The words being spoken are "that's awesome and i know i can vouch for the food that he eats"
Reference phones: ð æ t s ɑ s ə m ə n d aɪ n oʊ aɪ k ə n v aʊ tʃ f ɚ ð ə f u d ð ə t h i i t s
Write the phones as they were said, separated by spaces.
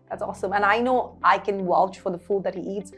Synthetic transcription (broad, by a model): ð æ t s ɑ s ə m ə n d aɪ n oʊ aɪ k ə n w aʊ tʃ f ɚ ð ə f u d ð ə t h i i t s